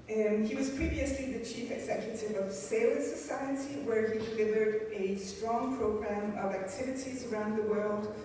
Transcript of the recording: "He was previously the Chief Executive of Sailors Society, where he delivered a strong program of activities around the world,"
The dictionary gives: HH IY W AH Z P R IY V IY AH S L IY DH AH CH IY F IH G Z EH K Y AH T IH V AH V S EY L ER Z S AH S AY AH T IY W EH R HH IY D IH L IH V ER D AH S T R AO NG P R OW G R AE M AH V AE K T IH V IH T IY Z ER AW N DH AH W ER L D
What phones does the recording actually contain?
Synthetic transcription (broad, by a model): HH IY W AH Z P R IY V IY AH S L IY DH AH CH IY F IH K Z EH K Y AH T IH V AH V S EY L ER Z S AH S AY AH T IY W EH R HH IY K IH N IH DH ER D AH S T R AO NG P R OW G R AE M AH V AE K T IH V IH T IY Z ER AW N DH AH W ER L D